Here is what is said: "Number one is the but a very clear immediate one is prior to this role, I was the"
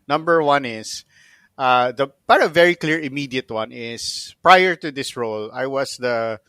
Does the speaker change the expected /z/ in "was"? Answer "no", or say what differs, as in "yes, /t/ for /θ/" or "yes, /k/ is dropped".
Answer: yes, /s/ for /z/